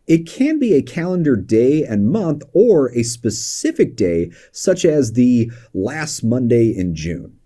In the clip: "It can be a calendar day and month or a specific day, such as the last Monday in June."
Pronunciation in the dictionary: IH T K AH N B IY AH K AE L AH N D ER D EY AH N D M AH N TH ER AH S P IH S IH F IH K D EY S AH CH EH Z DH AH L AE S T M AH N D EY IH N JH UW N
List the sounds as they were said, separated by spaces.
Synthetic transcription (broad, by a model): IH T K AH N B IY AH K AE L AH N D ER D EY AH N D M AH N TH ER AH S P IH S IH F IH K D EY S AH CH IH Z DH AH L AE S T M AH N D EY IH N JH UW N